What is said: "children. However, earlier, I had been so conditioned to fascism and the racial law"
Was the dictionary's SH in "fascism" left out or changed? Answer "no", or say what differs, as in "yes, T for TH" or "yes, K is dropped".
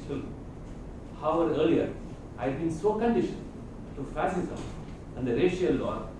yes, S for SH